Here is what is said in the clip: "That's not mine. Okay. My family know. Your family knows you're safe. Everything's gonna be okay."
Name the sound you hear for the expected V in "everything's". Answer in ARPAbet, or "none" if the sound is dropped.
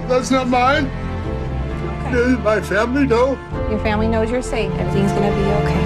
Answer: none